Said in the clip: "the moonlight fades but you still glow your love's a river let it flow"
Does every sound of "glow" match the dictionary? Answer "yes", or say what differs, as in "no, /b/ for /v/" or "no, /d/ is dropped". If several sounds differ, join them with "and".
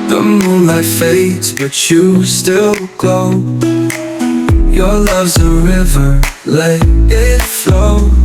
no, /l/ is dropped